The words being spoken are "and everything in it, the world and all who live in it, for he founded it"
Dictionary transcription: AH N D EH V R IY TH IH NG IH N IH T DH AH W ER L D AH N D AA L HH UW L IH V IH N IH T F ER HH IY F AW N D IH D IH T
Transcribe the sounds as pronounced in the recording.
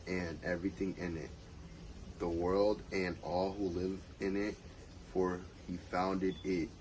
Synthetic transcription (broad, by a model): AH N EH V R IY TH IH NG IH N IH T DH AH W ER L D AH N AA L HH UW L IH V IH N IH T F ER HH IY F AW N D IH D IH T